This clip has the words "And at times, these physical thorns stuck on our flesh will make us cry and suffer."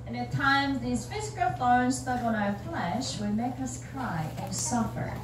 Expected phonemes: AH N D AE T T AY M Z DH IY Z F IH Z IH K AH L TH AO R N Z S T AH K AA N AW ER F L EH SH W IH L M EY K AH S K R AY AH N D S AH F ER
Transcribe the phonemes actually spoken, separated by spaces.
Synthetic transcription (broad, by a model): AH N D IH T T AY M Z DH IY Z F IH Z IH K AH L F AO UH N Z S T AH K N AW ER F L EH SH W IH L M EY K AH S K R AY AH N S AH F ER